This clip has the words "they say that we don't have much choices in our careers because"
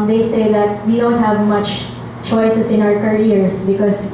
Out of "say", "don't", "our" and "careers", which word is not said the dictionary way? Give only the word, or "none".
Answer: careers